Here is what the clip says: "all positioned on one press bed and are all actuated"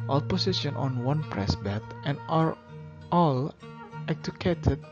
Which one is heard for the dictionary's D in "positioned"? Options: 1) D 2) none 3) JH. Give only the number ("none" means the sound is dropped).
2